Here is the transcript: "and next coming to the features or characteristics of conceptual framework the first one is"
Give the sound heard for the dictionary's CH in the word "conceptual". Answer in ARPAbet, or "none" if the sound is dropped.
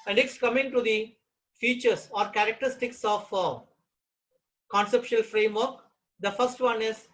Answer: SH